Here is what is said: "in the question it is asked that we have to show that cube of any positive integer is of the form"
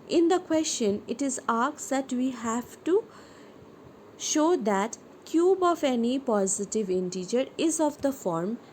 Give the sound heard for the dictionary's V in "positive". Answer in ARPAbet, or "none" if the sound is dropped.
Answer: V